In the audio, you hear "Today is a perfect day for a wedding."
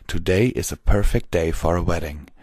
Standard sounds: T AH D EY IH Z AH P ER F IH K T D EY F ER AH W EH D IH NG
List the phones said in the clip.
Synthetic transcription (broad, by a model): T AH D EY IH Z AH P ER F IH K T D EY F ER AH W EH D IH NG